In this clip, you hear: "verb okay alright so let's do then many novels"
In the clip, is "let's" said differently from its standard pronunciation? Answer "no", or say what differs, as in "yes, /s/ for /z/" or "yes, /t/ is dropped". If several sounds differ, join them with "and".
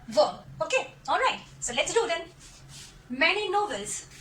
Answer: no